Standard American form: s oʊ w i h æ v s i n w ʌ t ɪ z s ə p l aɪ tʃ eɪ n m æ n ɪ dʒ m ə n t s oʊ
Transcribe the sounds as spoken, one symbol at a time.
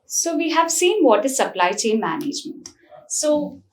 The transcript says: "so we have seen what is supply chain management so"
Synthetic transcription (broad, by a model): s oʊ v i h æ v s i n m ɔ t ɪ s ə p l aɪ tʃ eɪ n m æ n ɪ dʒ m ə n t s oʊ